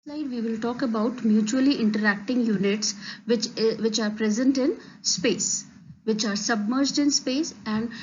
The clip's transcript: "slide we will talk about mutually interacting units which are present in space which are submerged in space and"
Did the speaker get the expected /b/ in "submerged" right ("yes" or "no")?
yes